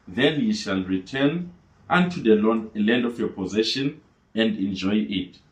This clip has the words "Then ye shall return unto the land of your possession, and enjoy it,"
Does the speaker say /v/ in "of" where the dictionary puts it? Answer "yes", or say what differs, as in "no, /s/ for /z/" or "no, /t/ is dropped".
no, /f/ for /v/